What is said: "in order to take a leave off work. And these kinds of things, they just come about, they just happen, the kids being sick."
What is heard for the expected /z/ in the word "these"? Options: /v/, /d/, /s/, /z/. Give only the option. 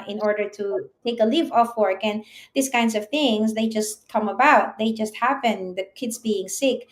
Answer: /s/